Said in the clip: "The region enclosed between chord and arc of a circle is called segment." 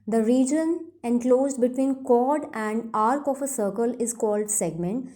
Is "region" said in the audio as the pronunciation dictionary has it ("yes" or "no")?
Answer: yes